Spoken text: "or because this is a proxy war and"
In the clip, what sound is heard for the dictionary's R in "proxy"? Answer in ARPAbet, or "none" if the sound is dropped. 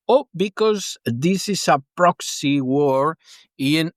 R